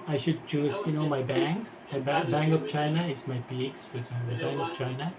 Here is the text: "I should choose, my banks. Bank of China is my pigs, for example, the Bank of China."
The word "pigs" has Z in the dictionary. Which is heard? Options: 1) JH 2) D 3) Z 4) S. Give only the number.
4